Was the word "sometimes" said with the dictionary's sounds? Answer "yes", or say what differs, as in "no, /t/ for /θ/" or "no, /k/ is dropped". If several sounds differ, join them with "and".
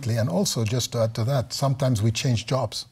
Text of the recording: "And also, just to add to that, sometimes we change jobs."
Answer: yes